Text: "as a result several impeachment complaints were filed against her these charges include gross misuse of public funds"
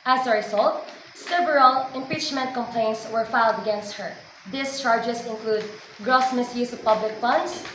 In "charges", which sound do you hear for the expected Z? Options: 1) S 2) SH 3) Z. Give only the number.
1